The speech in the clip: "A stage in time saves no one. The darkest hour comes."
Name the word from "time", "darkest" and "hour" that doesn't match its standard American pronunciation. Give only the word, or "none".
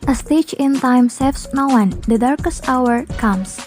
none